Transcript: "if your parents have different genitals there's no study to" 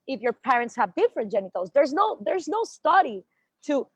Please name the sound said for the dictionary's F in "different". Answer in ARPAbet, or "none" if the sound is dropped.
F